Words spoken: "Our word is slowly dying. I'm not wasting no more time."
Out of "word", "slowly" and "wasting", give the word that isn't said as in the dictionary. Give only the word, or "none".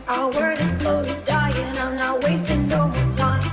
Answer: none